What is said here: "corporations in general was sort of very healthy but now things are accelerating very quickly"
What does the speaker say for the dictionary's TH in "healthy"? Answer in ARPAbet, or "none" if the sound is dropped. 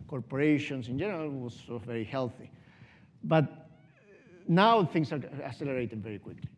TH